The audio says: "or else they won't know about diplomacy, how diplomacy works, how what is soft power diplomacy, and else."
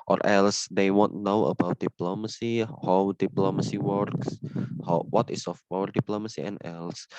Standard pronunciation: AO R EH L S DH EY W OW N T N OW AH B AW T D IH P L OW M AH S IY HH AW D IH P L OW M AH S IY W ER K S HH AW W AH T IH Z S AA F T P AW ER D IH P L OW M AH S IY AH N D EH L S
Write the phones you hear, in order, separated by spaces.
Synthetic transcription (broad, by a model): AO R EH L S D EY W OW N T N OW AH B AW T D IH P L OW M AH S IY HH AW D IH P L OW M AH S IY W ER K S HH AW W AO T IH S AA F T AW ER D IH P L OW M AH S IY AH N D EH L S